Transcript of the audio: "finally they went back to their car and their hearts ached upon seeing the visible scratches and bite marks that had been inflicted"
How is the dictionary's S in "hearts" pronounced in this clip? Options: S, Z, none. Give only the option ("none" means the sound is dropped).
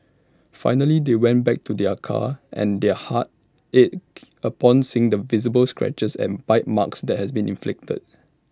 none